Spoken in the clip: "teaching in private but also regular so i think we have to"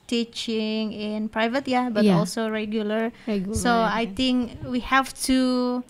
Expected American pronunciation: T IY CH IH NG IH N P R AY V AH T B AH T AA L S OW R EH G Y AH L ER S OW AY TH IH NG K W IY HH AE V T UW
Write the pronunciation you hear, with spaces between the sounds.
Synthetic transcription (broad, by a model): T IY CH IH NG IH N P R AY V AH T B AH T AA L S OW R EH G Y AH L ER S OW AY T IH NG K W IY HH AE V T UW